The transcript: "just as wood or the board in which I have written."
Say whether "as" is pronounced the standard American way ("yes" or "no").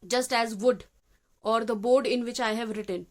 yes